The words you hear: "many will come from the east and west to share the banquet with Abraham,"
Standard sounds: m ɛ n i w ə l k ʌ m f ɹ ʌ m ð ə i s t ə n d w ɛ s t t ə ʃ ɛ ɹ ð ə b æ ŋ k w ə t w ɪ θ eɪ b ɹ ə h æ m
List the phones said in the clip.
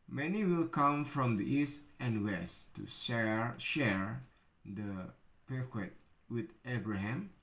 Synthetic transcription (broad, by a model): m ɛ n i w ə l k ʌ m f ɹ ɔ m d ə i s t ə n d w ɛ s t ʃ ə ʃ ɛ ɹ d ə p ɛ k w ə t w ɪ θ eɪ b ɹ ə h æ m